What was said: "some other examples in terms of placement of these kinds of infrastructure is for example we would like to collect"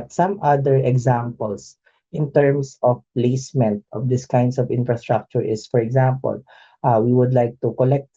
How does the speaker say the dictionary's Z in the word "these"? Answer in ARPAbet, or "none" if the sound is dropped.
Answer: S